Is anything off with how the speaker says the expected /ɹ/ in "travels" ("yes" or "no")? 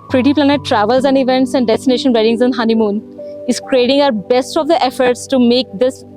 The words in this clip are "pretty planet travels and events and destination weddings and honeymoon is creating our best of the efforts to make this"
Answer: no